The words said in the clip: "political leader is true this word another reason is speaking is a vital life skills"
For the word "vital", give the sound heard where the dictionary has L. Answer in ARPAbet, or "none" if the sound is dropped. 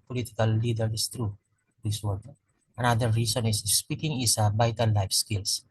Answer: N